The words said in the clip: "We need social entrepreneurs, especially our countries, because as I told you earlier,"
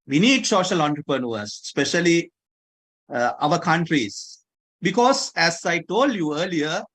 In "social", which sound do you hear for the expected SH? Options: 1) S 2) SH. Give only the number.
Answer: 2